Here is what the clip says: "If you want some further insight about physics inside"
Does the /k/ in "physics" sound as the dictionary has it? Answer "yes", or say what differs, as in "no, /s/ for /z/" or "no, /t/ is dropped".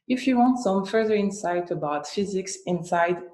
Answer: yes